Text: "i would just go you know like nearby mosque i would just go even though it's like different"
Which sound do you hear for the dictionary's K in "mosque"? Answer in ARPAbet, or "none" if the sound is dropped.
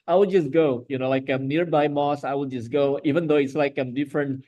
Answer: none